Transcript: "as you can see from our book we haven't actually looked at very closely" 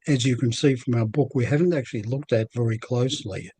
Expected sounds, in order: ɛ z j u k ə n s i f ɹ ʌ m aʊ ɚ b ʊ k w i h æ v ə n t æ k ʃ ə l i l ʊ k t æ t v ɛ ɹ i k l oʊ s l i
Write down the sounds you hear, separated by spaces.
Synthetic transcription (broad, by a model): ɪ z j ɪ k ə n s i f ɹ ʌ m aʊ ɚ b ʊ k w i h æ v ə n t æ k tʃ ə l i l ʊ k t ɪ t v ɛ ɹ i k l oʊ s l i